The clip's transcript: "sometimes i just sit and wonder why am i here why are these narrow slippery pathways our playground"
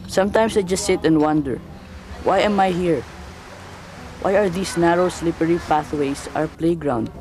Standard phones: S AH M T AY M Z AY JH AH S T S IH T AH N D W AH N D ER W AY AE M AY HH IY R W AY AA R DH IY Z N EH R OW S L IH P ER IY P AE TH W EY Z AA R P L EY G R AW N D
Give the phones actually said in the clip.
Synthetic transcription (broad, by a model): S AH M T AY M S AY JH AH S T S IH T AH N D W AH N D ER W AY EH M AY HH IY R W AY AA R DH IY S N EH R OW S L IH P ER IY P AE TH W EY S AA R P L EY G R AW N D